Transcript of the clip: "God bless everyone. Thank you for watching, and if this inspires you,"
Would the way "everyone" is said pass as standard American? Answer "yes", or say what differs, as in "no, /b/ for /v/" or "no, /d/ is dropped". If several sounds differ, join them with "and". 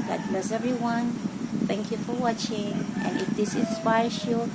no, /v/ is dropped